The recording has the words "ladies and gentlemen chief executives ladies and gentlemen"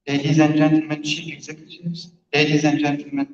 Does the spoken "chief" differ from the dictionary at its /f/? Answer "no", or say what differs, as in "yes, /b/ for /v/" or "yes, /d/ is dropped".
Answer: yes, /p/ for /f/